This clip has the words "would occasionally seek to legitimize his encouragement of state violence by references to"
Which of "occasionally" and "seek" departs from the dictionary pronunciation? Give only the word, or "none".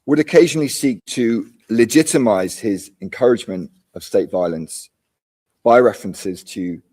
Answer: none